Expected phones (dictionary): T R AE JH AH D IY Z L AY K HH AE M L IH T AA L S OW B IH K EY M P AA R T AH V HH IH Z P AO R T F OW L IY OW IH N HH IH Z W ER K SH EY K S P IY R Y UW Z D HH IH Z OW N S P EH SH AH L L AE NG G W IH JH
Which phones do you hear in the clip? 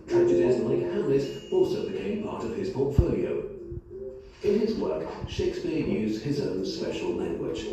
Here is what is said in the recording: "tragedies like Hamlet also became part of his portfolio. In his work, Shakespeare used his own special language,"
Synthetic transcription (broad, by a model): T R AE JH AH D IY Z L AY K HH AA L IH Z AA L S OW B IH K EY M P AA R T AH V IH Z P AO T F OW L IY OW IH N IH Z W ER K SH EY K S P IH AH Y UW Z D HH IH Z OW N S P EH SH AH L L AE NG G W IH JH